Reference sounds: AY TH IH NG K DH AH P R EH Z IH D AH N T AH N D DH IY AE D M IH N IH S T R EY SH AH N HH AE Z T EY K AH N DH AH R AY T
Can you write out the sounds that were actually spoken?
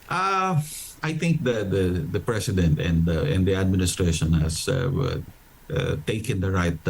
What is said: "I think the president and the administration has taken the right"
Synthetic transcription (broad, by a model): AY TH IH NG K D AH P R EH S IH D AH N T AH N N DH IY AE D M IH N IH S T R EY SH AH N HH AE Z T EY K AH N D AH R AY T